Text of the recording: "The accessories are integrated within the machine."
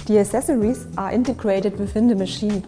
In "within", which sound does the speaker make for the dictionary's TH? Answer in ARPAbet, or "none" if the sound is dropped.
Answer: F